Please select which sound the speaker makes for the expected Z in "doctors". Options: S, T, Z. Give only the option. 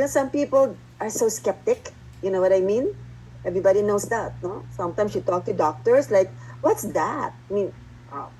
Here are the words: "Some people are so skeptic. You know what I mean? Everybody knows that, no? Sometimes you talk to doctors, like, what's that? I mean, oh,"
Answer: S